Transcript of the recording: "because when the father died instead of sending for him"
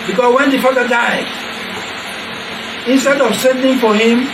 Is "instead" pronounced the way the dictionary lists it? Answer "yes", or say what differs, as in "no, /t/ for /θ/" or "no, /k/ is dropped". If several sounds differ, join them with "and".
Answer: yes